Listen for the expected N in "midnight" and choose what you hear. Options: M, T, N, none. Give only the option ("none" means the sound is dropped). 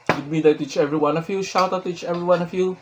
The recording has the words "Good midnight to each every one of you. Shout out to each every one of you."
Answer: none